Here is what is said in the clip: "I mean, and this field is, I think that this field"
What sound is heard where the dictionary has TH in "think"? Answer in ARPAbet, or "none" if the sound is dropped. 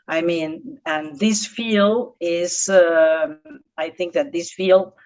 TH